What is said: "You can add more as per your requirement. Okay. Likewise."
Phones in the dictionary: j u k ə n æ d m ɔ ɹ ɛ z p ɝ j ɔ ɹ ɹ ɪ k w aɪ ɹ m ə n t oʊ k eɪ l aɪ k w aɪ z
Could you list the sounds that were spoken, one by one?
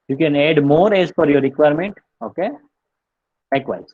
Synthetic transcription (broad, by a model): j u k ə n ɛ d m ɔ ɹ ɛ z f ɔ j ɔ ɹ ɹ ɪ k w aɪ ɹ m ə n t oʊ k eɪ l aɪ k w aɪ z